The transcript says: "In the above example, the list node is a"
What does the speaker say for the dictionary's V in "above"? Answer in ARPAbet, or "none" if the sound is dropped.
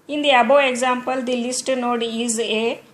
none